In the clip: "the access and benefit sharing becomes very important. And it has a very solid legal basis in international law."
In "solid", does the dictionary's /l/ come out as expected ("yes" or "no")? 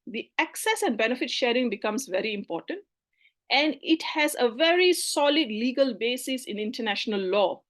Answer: yes